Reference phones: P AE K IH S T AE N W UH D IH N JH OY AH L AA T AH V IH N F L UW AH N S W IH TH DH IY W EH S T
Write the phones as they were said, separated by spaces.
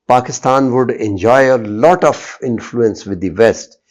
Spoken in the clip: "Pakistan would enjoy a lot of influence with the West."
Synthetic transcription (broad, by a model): P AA K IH S T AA N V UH D IH N JH OY AH L AA T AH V IH N F L UW AH N S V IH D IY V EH S T